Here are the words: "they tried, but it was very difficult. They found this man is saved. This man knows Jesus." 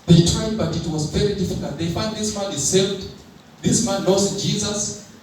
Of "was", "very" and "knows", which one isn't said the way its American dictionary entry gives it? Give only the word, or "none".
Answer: knows